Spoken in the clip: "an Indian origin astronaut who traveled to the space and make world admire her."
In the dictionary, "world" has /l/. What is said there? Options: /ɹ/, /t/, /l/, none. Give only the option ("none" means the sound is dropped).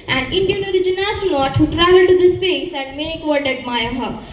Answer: none